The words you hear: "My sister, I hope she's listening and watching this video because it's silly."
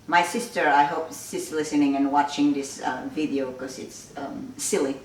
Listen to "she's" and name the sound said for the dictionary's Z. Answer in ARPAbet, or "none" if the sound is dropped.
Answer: S